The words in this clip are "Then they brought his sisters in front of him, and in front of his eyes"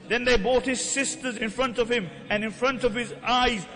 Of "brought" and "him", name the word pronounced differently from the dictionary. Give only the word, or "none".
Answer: brought